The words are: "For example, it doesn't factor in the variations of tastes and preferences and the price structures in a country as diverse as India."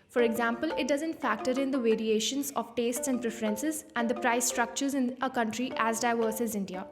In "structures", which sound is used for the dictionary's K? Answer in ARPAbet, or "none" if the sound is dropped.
K